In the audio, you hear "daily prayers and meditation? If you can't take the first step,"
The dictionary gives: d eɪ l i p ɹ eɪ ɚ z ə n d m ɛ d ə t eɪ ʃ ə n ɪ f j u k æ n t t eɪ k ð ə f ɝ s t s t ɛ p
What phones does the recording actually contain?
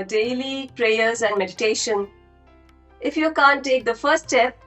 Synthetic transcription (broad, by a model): d eɪ l i p ɹ eɪ ɚ z ə n d m ɛ d ə t eɪ ʃ ə n ɪ f j u k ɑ n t t eɪ k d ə f ɝ s t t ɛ p